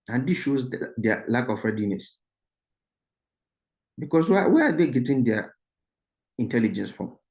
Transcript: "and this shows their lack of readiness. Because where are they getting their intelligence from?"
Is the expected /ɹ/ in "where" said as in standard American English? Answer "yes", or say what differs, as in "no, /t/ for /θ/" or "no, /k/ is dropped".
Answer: no, /w/ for /ɹ/